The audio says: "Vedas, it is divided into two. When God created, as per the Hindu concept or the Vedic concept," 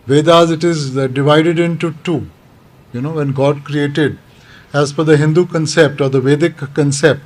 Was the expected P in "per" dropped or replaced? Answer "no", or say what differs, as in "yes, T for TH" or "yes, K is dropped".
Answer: yes, F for P